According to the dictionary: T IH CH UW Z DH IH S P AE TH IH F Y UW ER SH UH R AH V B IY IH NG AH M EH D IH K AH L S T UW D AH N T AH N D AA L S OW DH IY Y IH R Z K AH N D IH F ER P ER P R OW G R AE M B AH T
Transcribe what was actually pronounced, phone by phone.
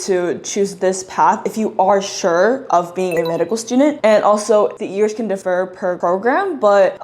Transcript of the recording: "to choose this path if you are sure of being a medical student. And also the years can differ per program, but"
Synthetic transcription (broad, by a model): T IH CH UW Z DH IH S P AE TH IH F Y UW ER SH UH R AH V B IY IH NG AH M EH D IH K L S T UW D N T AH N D AA L S OW DH IY Y IH R Z K AH N D IH F ER P ER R OW G R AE M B AH T